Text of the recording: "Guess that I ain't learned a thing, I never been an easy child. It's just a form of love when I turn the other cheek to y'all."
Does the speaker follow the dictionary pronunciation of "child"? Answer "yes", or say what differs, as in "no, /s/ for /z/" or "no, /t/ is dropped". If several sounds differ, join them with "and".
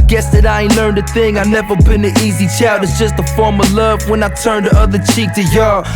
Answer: no, /l/ is dropped